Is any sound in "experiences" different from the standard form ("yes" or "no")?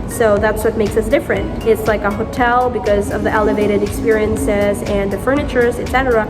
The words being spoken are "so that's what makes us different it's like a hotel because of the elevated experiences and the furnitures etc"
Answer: no